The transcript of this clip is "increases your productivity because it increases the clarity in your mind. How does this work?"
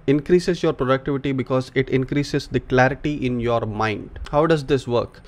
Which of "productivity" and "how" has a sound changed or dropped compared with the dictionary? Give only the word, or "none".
none